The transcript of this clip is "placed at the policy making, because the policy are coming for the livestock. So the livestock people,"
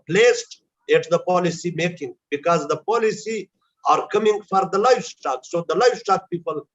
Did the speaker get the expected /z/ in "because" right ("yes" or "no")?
yes